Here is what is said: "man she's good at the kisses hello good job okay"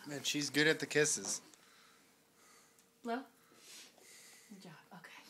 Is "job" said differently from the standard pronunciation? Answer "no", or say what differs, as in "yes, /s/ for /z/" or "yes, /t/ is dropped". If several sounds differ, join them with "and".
yes, /b/ is dropped